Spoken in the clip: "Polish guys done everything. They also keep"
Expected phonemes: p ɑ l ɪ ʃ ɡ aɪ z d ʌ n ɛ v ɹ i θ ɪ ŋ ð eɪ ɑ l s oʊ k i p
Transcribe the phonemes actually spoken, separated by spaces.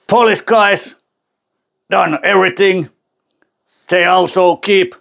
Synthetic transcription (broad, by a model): p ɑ l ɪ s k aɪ s d ʌ n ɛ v ɹ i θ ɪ ŋ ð eɪ ɑ l s oʊ k i p